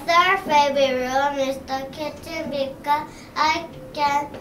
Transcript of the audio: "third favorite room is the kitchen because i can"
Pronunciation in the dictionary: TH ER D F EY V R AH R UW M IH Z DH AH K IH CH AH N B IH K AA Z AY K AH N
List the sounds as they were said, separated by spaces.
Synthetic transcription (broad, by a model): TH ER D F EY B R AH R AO M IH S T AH K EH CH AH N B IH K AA AY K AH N